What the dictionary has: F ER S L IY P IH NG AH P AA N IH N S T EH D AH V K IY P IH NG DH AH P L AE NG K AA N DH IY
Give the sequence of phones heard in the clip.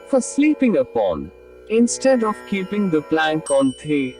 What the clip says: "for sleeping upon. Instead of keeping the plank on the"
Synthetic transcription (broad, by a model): F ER S L IY P IH NG AH P AA N IH N S T EH D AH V K IY P IH NG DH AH P L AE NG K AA N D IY